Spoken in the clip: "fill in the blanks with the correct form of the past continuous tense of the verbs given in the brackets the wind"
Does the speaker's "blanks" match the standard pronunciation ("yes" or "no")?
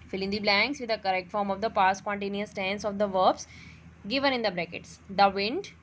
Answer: yes